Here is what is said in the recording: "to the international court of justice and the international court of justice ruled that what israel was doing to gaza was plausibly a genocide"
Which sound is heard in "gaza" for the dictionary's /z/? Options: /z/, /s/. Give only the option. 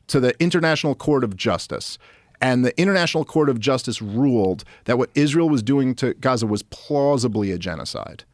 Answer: /z/